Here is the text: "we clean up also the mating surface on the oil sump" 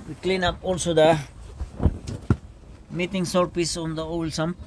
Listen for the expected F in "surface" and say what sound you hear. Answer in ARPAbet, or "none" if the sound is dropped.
P